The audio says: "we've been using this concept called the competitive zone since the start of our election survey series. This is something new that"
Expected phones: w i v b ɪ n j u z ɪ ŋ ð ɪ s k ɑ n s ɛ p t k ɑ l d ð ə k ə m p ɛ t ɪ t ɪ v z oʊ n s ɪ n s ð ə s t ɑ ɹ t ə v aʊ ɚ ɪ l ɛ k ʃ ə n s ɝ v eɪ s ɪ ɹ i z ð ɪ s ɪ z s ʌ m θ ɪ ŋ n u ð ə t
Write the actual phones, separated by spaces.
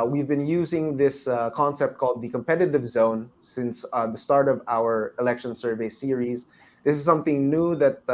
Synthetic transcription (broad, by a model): w i v b ɪ n j u z ɪ ŋ ð ɪ s k ɑ n s ɛ p t k ɑ l d ð ə k ə m p ɛ t ɪ t ɪ v z oʊ n s ɪ n s ð ə s t ɑ ɹ t ə v aʊ ɚ ɪ l ɛ k ʃ ə n s ɝ v eɪ s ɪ ɹ i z ð ɪ s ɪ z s ʌ m θ ɪ ŋ n u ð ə t